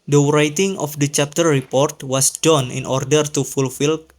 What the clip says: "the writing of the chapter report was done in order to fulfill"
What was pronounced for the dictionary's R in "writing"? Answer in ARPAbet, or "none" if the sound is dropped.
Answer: R